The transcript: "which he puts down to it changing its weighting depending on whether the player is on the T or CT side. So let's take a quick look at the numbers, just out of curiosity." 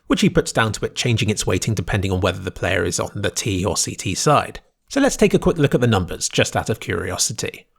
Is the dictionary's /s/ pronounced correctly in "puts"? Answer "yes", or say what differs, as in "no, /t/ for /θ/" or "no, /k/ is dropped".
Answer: yes